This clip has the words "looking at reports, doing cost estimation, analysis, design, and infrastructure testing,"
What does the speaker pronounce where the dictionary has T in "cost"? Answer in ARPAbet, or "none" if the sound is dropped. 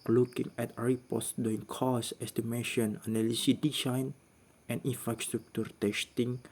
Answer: none